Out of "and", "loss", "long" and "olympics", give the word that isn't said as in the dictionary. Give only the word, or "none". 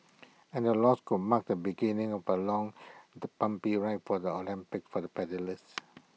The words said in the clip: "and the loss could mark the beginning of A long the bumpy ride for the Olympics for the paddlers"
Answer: olympics